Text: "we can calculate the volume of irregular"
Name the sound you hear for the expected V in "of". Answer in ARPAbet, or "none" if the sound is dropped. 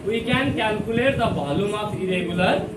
P